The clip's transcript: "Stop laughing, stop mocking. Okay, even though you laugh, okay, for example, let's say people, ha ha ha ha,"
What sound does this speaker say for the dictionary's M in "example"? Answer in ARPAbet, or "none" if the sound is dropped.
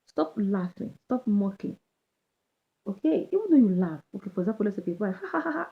none